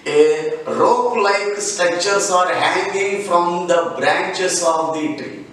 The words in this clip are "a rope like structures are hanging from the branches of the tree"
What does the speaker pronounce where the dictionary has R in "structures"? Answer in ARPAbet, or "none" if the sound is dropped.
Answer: none